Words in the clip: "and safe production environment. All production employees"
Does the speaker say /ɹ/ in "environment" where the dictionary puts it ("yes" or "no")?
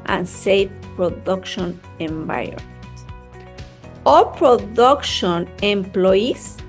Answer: no